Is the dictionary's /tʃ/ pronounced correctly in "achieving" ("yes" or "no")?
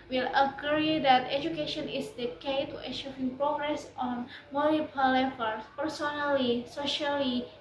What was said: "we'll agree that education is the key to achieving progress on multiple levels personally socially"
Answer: no